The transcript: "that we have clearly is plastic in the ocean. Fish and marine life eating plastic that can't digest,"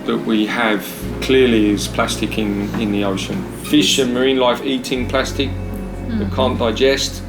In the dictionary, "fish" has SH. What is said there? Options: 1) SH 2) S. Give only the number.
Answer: 1